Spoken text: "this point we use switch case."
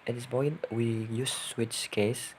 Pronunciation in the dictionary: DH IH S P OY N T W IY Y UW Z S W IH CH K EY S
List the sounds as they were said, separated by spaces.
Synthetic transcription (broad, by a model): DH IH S B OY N W IY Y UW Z S W IH CH K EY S